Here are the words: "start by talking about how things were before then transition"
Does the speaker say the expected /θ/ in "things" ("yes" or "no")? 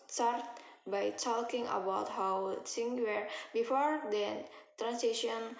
no